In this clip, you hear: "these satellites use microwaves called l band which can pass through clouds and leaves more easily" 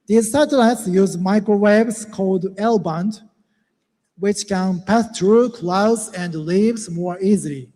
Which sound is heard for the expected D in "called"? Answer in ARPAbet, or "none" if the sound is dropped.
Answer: D